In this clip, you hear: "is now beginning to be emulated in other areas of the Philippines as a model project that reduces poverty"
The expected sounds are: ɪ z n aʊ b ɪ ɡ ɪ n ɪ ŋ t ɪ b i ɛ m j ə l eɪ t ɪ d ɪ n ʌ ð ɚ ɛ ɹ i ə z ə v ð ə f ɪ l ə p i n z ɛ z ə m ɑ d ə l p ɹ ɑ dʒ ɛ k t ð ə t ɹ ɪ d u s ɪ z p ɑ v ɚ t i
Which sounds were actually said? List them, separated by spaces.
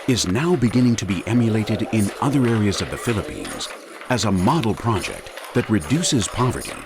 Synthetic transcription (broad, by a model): ɪ z n aʊ b ɪ ɡ ɪ n ɪ ŋ t ɪ b i ɛ m j ə l eɪ t ɪ d ɪ n ʌ ð ɚ ɛ ɹ i ə z ə v ð ə f ɪ l ə p i n z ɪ z ə m ɑ d l p ɹ ɑ dʒ ɛ k t ð ə t ɹ ɪ d u s ɪ z p ɑ v ɚ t i